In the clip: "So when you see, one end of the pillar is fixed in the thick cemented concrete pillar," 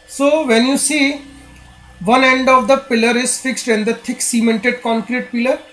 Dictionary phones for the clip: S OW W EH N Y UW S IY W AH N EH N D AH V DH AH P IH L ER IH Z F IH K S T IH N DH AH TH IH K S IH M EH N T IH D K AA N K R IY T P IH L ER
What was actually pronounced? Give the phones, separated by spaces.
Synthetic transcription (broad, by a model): S OW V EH N Y UW S IY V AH N EH N D AH V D AH P IH L ER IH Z F IH K S T IH N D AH T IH K S IH M EH N T IH D K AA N K R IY T P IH L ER